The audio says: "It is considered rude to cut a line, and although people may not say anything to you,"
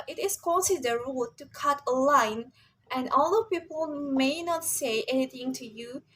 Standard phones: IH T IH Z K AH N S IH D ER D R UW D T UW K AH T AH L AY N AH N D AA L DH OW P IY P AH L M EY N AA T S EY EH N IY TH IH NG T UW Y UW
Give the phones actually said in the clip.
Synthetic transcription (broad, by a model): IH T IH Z K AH S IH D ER R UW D T UW K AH T AH L AY N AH N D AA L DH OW P IY P AH L M EY N AA T S EY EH N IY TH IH NG T UW Y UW